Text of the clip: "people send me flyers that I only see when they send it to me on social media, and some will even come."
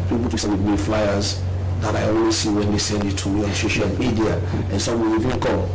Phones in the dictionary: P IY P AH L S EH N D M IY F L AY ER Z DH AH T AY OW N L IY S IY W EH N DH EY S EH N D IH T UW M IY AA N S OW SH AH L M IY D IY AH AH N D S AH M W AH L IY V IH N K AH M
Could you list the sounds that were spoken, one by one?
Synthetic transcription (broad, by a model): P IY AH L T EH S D M IY F L AY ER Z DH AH T AY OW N W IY S IY W EH N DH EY S EH N D IH T UW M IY AA N S OW SH AH L M IY D IY AH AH N S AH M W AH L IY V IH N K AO